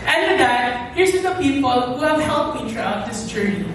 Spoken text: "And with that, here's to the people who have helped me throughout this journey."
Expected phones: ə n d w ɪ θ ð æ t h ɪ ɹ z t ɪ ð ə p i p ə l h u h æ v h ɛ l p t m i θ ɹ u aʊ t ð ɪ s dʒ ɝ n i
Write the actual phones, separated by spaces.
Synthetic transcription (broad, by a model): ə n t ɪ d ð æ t h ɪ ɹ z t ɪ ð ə p i p ə l h u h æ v h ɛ l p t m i t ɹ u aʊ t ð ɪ s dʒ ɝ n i